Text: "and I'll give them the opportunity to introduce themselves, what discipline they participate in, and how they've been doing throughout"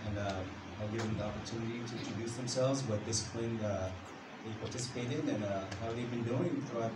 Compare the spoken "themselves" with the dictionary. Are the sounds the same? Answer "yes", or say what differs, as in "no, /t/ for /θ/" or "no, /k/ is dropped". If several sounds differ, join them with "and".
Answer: yes